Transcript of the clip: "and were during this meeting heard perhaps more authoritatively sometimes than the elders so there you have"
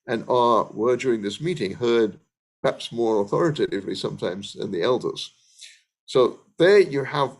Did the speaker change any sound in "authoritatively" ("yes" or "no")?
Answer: no